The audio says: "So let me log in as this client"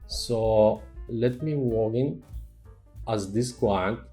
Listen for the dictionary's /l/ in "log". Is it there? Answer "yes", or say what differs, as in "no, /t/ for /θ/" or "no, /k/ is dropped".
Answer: no, /w/ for /l/